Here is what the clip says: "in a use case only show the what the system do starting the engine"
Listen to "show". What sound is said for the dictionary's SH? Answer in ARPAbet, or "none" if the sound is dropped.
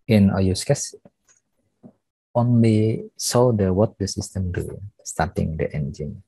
S